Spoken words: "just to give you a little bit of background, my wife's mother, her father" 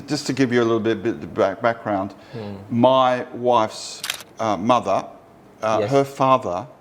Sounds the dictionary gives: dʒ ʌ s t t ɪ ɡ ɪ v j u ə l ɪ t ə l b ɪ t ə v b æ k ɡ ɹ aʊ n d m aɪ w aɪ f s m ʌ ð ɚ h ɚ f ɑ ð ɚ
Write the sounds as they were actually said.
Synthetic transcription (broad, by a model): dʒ ʌ s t t ɪ ɡ ɪ v j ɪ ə l ɪ t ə b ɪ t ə b b æ k ɡ ɹ aʊ n d m aɪ w aɪ f s m ʌ ð ɚ h ɚ f ɑ ð ɚ